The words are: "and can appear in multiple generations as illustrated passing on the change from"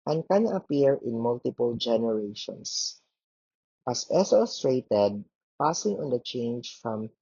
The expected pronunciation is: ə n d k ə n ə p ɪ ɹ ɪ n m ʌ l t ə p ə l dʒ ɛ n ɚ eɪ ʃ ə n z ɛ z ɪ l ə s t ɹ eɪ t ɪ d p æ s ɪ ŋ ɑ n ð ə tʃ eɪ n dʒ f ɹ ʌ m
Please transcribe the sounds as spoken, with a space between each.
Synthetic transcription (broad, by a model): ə n k ə n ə p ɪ ɹ ɪ n m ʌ l t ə p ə l dʒ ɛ n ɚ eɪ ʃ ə n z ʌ s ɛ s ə s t ɹ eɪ t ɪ d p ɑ s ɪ ŋ ɑ n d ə tʃ eɪ n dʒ f ɹ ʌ m